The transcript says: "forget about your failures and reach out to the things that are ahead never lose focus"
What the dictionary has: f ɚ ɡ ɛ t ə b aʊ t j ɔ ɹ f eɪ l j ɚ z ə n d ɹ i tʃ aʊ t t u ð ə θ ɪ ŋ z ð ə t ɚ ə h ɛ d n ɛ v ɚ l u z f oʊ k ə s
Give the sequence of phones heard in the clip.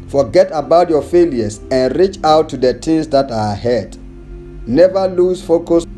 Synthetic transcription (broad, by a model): f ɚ ɡ ɛ t ə b aʊ t j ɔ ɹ f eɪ l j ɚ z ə n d ɹ i tʃ aʊ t t u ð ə t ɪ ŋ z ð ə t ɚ ə h ɛ d n ɛ v ɚ l u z f oʊ k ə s